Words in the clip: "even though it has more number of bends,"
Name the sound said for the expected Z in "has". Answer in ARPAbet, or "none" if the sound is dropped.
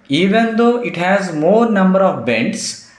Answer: Z